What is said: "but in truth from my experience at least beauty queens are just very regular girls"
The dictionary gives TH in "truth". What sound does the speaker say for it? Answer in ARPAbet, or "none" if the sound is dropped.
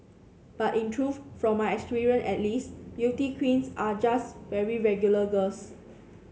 F